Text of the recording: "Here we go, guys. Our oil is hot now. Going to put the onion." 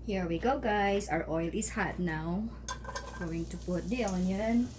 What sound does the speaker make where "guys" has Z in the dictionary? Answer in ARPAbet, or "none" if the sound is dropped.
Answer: S